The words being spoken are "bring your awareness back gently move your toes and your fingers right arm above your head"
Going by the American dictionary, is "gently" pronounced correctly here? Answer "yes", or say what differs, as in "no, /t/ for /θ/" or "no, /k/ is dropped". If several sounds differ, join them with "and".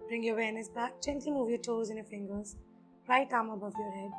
no, /tʃ/ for /dʒ/